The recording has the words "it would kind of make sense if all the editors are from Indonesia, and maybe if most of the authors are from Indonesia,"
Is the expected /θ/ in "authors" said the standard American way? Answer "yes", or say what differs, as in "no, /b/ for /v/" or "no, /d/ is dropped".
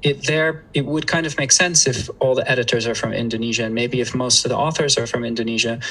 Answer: yes